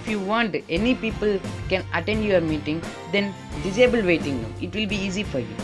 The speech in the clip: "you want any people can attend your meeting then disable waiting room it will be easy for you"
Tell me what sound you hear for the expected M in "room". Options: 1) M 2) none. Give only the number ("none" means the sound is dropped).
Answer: 2